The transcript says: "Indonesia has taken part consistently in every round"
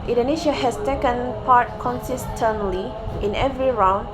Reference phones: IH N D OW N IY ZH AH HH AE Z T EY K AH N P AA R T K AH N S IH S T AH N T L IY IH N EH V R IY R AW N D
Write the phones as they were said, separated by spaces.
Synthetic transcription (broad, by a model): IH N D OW N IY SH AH HH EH S T EY K AH N P AA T K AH N S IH S T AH N L IY IH N EH V R IY R AW N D